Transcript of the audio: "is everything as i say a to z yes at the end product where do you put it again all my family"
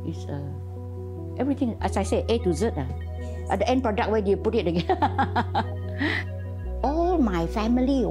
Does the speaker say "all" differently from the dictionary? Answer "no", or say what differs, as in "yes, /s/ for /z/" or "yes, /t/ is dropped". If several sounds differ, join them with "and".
no